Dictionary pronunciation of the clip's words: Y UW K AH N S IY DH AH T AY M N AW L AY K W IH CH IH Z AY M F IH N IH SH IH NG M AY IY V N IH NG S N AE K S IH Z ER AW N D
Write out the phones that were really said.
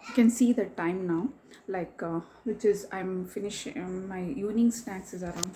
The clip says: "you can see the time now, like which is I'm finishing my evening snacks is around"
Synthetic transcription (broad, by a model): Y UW K AH N S IY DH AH T AY M N AW L AY K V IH CH IH Z AY M F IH N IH SH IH M AY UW N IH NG S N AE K S IH Z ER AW N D